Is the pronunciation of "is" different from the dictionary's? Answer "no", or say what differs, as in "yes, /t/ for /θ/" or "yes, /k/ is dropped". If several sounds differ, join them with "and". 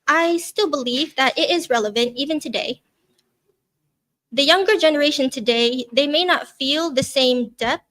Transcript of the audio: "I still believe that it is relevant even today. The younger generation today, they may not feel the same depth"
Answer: no